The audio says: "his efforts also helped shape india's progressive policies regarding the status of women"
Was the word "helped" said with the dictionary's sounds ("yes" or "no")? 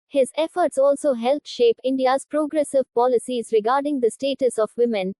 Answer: no